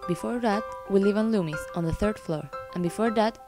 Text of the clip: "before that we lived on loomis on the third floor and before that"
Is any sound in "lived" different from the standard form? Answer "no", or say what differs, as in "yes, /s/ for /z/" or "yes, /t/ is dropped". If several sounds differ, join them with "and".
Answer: yes, /d/ is dropped